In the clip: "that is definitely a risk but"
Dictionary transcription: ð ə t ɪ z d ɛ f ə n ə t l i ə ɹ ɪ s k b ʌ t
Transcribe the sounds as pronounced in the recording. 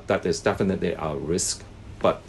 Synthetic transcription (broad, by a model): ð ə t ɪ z d ɛ f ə n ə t l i ə ɹ ɪ s k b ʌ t